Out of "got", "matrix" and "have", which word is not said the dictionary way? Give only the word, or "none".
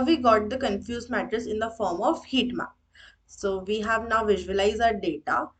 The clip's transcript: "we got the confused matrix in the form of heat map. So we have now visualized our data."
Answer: matrix